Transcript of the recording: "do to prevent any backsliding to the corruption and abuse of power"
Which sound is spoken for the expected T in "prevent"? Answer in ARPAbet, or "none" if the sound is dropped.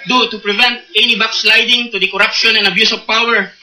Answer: T